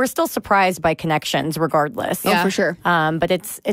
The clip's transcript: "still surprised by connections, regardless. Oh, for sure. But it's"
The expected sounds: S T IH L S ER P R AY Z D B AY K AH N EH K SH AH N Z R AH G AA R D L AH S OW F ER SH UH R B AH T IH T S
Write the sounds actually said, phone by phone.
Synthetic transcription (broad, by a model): S T IH L S ER P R AY Z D B AY K AH N EH K SH AH N Z R AH G AA R D L AH S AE F ER SH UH R B AH T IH T S